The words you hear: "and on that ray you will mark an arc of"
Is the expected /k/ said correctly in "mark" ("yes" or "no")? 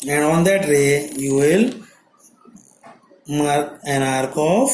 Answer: no